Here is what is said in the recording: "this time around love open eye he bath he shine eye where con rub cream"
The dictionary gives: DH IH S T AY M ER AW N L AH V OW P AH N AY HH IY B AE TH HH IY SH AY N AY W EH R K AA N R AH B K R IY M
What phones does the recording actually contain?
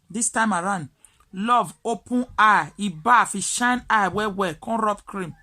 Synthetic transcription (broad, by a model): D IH S T AY M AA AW N L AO V OW P AH N AY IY B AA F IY SH AY N AY W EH W K AA N R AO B K R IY M